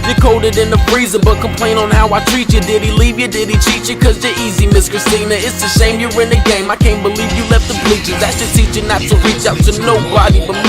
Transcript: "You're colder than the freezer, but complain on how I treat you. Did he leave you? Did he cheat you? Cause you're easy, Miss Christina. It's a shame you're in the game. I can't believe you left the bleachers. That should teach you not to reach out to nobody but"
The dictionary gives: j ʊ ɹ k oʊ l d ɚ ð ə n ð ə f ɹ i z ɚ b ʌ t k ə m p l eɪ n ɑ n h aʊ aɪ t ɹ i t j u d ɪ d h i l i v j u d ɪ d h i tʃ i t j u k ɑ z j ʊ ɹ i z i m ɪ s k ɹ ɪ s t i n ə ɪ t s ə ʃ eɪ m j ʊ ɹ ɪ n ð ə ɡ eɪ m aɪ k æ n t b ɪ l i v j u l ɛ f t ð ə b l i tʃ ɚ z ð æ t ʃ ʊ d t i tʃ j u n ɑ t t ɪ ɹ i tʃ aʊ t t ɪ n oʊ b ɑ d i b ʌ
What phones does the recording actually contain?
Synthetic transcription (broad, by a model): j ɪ k oʊ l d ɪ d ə n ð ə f ɹ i z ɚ b ʌ t k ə m p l eɪ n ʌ n h aʊ aɪ t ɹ i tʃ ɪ d ɪ d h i l i v j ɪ d ɪ d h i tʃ i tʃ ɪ k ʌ z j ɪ i z i m ɪ s k ɹ ɪ s t i n ə ɪ t s ə s eɪ m j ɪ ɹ ɪ n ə ɡ eɪ m aɪ k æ n b ɪ l i v j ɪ l ɛ f t ð ə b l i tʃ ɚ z ð æ t s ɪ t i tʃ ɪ n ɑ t t ɪ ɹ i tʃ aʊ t t ɪ n oʊ b ɑ d i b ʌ